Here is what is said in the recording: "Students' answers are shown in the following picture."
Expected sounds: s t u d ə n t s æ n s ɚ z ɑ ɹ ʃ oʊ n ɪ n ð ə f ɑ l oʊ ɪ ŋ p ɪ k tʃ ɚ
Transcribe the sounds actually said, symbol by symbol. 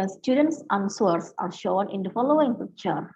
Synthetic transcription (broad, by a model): s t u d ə n t s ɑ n s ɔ s ɑ ɹ ʃ oʊ n ɪ n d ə f ɑ l oʊ ɪ ŋ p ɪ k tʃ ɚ